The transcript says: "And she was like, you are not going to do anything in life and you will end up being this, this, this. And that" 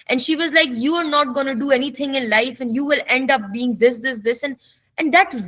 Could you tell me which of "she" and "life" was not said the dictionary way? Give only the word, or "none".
none